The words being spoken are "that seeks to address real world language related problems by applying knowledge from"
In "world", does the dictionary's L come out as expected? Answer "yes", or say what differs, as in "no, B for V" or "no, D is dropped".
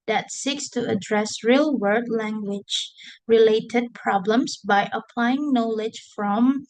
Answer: no, L is dropped